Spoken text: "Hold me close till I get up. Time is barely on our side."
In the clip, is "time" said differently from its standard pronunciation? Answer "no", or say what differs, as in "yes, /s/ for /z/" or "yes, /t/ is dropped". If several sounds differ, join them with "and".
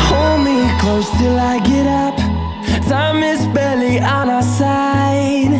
yes, /s/ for /t/